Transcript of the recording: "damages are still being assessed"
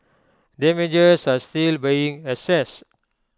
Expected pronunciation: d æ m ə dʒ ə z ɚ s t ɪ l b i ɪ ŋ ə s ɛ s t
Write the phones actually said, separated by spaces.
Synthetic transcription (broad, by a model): d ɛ m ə dʒ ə s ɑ s t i l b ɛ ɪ ŋ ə s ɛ s